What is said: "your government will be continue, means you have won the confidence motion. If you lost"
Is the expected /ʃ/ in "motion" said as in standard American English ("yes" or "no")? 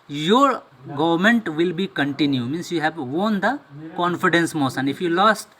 no